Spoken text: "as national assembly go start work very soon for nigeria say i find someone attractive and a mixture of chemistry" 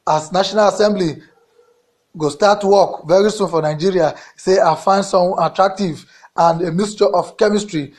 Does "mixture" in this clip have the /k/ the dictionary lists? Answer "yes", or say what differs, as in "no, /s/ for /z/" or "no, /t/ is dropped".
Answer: no, /k/ is dropped